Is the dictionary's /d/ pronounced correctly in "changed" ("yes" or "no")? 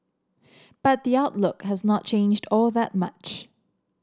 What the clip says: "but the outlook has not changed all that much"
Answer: yes